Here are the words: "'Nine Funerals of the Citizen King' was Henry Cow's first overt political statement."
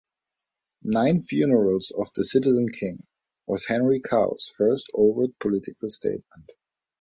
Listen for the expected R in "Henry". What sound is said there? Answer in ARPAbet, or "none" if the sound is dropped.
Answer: R